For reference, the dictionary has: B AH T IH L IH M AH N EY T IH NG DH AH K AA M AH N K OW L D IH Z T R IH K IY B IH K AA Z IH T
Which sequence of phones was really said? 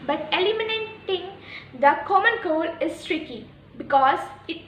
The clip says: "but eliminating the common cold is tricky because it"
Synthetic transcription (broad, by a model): B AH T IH L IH M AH N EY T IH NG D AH K AA M AH N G OW L IH S T R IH K IY B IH K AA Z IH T